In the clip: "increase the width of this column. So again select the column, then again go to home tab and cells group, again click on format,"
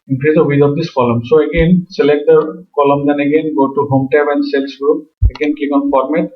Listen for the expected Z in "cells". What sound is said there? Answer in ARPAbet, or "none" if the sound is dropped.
S